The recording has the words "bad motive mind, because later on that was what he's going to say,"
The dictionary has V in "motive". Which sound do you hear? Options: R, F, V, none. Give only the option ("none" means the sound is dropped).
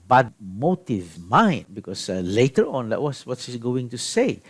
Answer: V